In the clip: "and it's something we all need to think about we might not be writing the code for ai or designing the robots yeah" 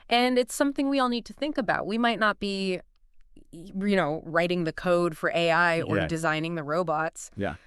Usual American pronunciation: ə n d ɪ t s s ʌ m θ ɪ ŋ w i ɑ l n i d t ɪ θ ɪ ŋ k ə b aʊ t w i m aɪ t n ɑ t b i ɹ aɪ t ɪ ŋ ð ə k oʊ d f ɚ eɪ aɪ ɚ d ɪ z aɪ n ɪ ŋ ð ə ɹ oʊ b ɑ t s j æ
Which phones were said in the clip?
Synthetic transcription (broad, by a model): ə n ɪ t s s ʌ m θ ɪ ŋ w i ɑ l n i d t ɪ θ ɪ ŋ k ə b aʊ t w i m aɪ t n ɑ t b i ɹ aɪ t ɪ ŋ ð ə k oʊ d f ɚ eɪ aɪ ɚ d ɪ z aɪ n ɪ ŋ ð ə ɹ oʊ b ɑ t s j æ